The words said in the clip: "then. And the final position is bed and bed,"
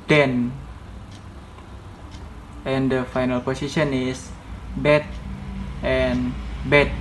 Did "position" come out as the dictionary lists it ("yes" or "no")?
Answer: no